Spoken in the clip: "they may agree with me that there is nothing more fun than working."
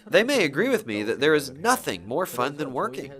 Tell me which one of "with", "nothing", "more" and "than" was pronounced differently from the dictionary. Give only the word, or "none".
none